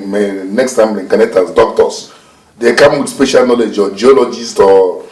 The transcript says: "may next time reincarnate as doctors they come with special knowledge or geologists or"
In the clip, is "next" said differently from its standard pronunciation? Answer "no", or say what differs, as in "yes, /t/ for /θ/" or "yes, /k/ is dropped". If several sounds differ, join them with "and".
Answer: no